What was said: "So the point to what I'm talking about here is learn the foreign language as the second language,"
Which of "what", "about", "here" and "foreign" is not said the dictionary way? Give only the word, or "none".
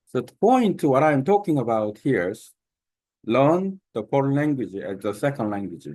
foreign